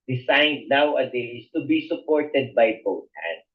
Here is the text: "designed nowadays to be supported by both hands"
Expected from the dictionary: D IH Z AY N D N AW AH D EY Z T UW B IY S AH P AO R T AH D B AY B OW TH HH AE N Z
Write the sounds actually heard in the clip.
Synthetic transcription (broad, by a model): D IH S AY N D N AW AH D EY S T UW B IY S AH P AO R T AH D B AY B OW T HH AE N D